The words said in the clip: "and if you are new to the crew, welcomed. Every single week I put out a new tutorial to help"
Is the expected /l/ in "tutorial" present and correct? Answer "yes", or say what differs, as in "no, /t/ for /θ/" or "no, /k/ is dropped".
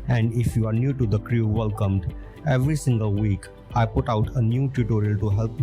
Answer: yes